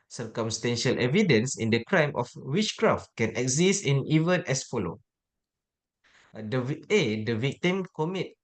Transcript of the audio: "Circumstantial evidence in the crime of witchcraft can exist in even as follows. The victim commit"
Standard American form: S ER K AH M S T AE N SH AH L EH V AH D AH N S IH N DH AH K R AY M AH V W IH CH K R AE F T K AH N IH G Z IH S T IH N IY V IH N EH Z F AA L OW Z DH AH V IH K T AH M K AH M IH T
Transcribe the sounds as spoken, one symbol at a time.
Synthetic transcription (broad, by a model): S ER K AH M S T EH N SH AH L EH V AH D AH N S IH N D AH K R AY M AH F W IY CH K R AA F T K AH N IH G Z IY S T IH N IY V IH N EH S F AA L OW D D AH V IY K T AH M K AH M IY T